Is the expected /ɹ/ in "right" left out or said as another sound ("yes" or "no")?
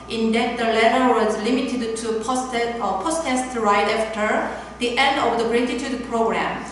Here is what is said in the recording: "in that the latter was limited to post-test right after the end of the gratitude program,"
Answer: no